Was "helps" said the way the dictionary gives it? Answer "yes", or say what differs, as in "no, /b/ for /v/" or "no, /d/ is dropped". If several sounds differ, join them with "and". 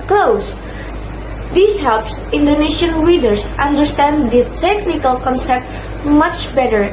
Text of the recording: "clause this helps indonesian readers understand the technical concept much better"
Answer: yes